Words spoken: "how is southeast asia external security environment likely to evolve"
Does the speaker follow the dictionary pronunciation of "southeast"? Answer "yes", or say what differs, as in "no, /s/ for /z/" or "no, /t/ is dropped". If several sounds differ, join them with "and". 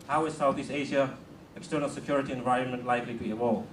no, /t/ is dropped